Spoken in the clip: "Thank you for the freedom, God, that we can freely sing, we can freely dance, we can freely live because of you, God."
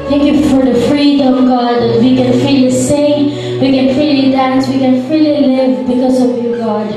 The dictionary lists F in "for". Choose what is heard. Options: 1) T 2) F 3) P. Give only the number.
2